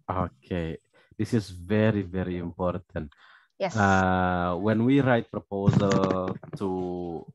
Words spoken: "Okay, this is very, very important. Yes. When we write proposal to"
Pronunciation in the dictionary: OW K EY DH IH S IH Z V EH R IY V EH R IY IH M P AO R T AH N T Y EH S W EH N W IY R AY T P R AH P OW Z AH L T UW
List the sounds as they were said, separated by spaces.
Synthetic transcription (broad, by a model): OW K EY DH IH S IH Z V EH R IY V EH R IY IH M P AO R T AH N T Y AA W EH N W IY R AY T P R AH P OW Z AH L T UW